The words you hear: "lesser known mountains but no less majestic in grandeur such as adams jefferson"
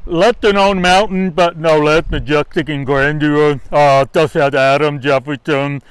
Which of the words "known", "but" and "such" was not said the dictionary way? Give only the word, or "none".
such